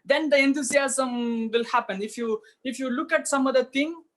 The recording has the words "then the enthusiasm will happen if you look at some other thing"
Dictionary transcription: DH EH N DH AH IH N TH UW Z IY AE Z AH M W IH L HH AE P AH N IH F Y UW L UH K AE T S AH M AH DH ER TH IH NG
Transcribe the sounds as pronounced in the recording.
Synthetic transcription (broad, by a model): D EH N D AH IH N T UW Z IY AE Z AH M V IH L HH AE P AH N IH F Y UW L UH K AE T S AH M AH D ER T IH NG